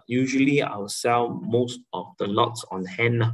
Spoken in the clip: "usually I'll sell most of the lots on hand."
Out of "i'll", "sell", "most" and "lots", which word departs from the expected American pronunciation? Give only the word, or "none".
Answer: i'll